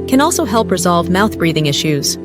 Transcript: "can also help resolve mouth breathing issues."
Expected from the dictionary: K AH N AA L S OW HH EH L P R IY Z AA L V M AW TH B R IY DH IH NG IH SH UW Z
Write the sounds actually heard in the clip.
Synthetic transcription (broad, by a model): K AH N AA L S OW HH EH L P R IY Z AA L V M AW TH B R IY DH IH NG IH SH UW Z